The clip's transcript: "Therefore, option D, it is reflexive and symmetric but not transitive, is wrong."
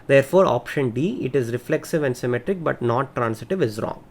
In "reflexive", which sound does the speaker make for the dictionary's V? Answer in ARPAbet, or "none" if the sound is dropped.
V